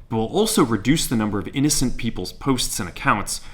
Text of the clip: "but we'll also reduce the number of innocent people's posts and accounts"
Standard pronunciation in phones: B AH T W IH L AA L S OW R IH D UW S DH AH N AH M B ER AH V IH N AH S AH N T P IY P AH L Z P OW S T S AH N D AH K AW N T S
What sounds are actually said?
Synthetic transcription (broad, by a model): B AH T W IH L AA L S OW R IH D UW S DH AH N AH M B ER AH V IH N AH S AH N P IY P L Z P OW S T S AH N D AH K AW N T S